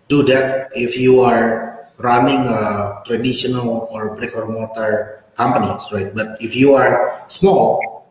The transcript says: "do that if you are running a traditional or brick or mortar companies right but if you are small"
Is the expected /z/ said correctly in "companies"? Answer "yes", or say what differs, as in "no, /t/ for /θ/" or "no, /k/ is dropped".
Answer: no, /z/ is dropped